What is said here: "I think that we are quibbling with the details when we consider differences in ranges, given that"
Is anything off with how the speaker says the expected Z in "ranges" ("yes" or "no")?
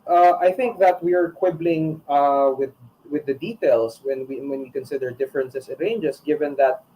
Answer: yes